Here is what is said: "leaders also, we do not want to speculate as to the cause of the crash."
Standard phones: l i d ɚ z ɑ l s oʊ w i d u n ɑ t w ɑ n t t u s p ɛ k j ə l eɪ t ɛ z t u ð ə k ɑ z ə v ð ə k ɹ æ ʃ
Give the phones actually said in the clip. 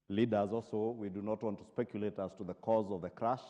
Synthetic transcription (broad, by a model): l i d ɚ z ɑ l s oʊ w i d u n ɑ t w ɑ n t t u s p ɛ k j ə l eɪ t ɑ s t u ð ə k ɑ z ə v ð ə k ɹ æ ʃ